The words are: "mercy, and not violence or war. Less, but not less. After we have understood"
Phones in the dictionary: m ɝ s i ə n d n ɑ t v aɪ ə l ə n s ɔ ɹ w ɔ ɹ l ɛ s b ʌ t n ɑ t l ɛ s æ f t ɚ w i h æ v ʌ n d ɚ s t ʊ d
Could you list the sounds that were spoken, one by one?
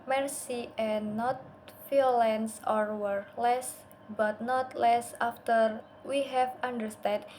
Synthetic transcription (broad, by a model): m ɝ s i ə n n ɑ t f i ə l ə n s ɔ ɹ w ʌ ɹ l ɛ s b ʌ t n ɑ t l ɛ s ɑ f t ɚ w i h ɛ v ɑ n d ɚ s t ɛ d